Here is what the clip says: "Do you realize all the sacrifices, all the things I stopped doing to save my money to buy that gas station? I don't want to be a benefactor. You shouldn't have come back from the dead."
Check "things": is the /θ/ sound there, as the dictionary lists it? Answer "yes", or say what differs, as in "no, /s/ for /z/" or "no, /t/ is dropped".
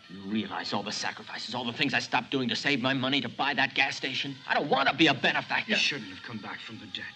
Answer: yes